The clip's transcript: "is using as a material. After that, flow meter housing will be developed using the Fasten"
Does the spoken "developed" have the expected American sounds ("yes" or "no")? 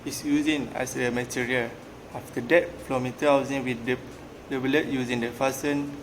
no